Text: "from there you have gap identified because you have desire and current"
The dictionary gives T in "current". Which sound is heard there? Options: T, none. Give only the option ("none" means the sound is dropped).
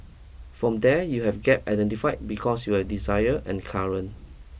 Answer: none